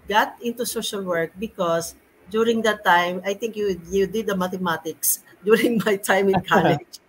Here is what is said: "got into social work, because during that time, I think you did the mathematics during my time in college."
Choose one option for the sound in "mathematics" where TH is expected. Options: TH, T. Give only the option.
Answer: T